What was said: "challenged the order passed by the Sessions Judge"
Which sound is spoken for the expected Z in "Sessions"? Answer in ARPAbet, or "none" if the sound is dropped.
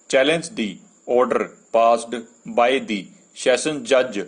none